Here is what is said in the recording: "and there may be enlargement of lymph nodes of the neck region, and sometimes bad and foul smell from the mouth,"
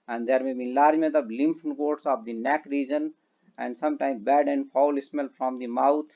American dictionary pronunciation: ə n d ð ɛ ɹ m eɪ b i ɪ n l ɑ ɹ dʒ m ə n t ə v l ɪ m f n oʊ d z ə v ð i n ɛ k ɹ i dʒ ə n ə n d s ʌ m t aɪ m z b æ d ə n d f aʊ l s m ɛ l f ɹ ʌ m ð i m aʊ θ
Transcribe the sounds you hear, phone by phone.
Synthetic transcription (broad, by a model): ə n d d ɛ ɹ m eɪ b i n l ɑ ɹ dʒ m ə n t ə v l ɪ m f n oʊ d s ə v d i n ɛ k ɹ i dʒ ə n ə n d s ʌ m t aɪ m b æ d ə n d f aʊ l s m ɛ l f ɹ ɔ m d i m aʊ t